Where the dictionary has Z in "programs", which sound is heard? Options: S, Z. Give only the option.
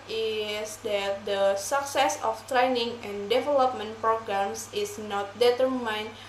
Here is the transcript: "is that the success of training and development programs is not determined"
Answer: S